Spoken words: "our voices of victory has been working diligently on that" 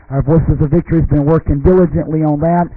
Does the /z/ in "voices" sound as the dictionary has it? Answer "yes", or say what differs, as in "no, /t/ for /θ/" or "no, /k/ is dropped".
yes